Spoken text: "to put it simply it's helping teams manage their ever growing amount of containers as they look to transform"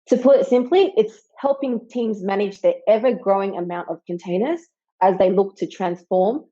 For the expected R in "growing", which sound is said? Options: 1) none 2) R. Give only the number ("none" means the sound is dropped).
2